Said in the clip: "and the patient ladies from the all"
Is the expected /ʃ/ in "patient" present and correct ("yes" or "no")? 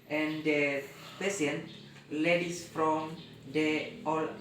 no